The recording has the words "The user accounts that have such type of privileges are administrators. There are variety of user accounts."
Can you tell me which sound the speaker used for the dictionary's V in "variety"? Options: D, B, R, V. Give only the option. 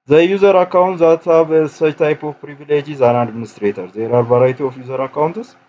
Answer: B